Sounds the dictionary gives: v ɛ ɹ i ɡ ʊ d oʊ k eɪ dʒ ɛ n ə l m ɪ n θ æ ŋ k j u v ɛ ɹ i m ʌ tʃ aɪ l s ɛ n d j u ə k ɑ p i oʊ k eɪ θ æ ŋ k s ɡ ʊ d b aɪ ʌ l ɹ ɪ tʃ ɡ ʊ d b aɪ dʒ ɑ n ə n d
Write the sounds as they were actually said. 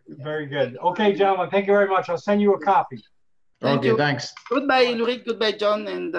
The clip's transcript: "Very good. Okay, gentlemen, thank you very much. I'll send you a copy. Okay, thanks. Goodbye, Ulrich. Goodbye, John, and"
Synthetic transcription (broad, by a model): v ɛ ɹ i ɡ ʊ d oʊ k eɪ dʒ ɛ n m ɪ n θ æ ŋ k j u v ɛ ɹ i m ʌ tʃ aɪ l s ɛ n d j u ə k ɑ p i oʊ k eɪ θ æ ŋ k s ɡ ʊ d b aɪ l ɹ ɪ ɡ ʊ d b aɪ dʒ ɑ n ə n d